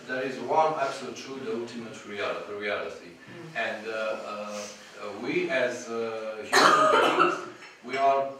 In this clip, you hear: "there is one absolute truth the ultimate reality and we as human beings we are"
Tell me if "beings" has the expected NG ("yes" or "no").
no